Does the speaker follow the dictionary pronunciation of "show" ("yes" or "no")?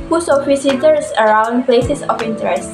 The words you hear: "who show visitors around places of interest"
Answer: no